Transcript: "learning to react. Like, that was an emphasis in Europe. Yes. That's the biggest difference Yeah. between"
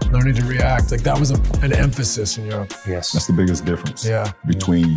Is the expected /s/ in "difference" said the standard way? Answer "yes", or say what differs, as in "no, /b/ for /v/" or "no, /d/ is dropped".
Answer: yes